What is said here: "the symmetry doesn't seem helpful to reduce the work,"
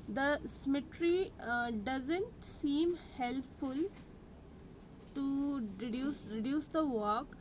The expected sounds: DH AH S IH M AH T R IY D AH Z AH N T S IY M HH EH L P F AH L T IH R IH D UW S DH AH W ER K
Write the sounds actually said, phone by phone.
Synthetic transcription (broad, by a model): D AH S IH M AH T R IY D AH Z AH N T S IY M HH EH L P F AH L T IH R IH D UW S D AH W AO K